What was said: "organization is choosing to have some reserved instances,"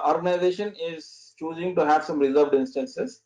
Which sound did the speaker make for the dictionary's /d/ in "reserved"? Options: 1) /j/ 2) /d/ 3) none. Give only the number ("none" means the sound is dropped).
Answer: 2